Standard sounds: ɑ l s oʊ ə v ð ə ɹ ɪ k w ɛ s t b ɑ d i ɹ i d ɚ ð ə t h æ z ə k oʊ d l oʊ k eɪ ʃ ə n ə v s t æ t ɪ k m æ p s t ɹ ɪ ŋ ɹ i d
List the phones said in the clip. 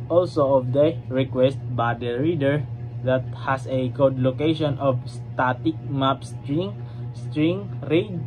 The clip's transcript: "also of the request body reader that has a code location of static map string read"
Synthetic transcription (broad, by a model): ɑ l s oʊ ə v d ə ɹ ɪ k w ɛ s t b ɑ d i ɹ i d ɚ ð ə t h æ s ə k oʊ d l oʊ k eɪ ʃ ə n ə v s t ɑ t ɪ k m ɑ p s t ɹ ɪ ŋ ɹ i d